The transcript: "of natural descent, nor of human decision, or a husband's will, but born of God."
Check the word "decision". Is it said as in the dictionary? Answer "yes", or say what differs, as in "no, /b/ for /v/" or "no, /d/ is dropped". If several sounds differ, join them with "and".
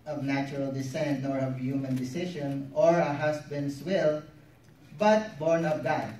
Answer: no, /ʃ/ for /ʒ/